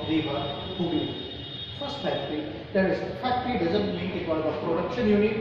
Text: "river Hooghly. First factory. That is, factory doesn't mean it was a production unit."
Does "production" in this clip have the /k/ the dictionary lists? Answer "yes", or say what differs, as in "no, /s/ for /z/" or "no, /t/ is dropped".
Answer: yes